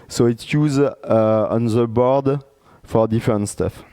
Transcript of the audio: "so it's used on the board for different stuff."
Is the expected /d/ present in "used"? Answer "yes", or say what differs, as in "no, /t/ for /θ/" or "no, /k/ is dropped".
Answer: no, /d/ is dropped